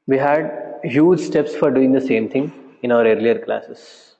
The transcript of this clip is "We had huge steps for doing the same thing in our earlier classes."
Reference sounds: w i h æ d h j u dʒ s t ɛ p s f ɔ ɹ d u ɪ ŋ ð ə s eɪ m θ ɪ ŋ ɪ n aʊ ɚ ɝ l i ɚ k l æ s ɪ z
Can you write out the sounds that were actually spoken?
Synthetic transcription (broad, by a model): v i h æ d h j u dʒ s t ɛ p s f ɔ ɹ d u ɪ ŋ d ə s eɪ m t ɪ ŋ ɪ n aʊ ɚ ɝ l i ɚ k l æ s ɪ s